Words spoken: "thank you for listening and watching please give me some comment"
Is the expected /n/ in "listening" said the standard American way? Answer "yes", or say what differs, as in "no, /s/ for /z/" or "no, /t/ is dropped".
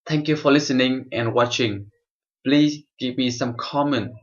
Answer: yes